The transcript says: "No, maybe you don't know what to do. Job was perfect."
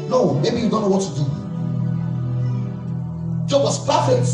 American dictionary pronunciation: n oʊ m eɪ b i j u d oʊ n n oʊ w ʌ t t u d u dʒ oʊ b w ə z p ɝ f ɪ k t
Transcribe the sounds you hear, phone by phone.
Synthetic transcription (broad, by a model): n oʊ m eɪ b i j u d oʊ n n oʊ w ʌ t t u d u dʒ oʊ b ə s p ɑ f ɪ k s